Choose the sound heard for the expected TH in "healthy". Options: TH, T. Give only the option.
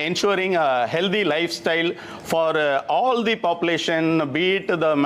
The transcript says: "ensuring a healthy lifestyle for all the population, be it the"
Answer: T